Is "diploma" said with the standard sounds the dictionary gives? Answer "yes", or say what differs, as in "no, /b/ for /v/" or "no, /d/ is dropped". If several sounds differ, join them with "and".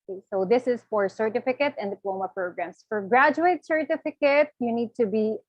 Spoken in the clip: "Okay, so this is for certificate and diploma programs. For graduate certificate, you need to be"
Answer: yes